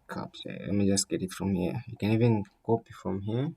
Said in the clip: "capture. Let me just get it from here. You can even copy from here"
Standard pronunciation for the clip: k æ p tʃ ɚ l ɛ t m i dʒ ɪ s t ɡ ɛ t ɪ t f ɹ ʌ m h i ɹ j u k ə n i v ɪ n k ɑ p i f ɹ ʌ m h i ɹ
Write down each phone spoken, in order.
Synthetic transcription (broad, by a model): k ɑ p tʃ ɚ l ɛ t m i dʒ ɪ s t ɡ ɛ t ɪ t f ɹ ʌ m h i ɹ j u k ə n i v ɪ n k ɑ p i f ɹ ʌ m h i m